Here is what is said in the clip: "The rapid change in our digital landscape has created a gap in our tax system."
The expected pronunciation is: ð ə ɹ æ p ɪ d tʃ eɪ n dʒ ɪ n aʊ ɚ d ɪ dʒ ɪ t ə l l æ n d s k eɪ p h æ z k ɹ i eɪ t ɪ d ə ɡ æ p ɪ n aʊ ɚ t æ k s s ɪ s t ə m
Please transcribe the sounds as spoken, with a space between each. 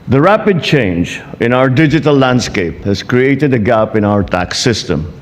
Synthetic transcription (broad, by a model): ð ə ɹ æ p ɪ d tʃ eɪ n dʒ ɪ n aʊ ɚ d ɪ dʒ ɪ t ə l l æ n d s k eɪ p h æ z k ɹ i eɪ t ɪ d ə ɡ æ p ɪ n aʊ ɚ t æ k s s ɪ s t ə m